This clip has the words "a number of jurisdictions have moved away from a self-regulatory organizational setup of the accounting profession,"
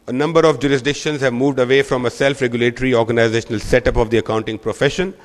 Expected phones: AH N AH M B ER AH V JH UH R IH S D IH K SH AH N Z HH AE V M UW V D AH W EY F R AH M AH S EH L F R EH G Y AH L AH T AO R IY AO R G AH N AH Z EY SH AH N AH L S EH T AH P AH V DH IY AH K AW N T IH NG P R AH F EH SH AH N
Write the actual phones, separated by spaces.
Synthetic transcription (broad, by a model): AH N AH M B ER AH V JH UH R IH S D IH K SH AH N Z HH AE V M UW V D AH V EY F R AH M AH S EH L F R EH G Y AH L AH T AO R IY AO R G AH N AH Z EY SH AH N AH L S EH T AH P AH V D IY AH K AW N T IH NG P R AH F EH SH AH N